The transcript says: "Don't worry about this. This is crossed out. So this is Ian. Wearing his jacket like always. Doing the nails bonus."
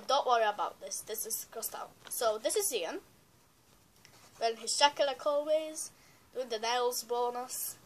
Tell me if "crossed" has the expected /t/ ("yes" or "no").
yes